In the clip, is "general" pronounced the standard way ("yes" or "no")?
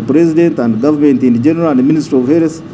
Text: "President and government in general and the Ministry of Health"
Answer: yes